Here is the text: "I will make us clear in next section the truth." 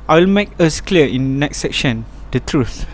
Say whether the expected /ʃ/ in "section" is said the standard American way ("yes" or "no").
yes